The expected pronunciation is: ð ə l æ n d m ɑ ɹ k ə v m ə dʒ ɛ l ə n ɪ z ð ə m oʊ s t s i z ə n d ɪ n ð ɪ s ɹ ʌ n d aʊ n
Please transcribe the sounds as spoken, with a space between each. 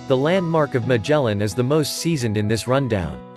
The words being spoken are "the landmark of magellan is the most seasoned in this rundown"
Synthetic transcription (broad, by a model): ð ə l æ n d m ɑ ɹ k ə v m ə dʒ ɛ l ə n ɪ z ð ə m oʊ s t s i z ə n d ɪ n ð ɪ s ɹ ʌ n d aʊ n